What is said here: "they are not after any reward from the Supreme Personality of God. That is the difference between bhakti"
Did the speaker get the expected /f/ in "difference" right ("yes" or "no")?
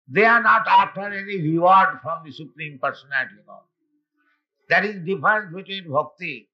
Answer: no